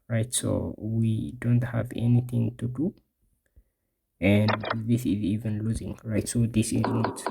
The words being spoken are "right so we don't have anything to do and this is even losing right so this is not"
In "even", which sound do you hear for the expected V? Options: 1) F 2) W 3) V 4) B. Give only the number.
3